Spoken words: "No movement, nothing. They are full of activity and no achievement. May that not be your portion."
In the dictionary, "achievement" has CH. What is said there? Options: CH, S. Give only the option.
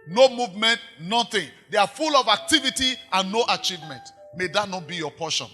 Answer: CH